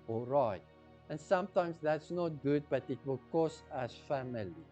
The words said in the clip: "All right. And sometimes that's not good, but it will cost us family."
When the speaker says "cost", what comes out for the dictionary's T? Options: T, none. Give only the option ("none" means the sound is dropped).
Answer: none